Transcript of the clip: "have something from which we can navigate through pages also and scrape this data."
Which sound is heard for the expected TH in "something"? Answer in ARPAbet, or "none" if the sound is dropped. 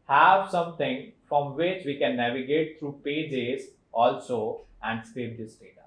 T